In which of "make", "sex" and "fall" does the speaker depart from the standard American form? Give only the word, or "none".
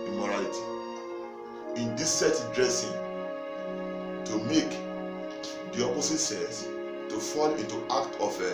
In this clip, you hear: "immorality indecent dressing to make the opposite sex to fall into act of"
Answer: sex